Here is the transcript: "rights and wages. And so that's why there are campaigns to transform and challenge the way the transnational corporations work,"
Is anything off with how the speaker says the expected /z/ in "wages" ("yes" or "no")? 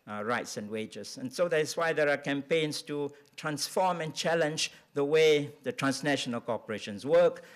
yes